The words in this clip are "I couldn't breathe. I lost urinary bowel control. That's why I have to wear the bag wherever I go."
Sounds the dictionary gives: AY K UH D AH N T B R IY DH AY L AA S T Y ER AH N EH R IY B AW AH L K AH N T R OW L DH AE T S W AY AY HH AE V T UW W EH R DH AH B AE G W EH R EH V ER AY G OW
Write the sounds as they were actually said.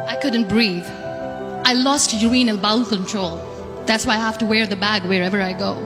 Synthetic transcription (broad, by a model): AY K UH D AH N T B R IY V AY L AA S T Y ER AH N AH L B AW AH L K AH N T R OW L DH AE T S W AY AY HH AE F T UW W EH R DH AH B AE G W EH R EH V ER AY G OW